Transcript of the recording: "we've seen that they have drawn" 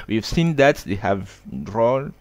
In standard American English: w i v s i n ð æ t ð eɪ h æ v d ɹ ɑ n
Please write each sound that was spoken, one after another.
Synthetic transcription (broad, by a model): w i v s i n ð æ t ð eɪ h æ v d ɹ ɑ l